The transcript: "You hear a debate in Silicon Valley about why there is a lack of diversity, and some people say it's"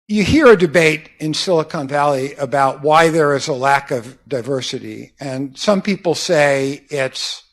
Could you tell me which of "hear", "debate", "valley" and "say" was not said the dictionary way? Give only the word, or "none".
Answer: none